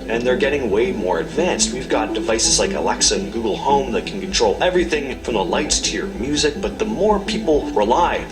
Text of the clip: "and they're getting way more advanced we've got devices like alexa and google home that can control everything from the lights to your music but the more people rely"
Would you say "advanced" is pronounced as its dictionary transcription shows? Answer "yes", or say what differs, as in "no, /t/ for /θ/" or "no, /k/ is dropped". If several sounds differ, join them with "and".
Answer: yes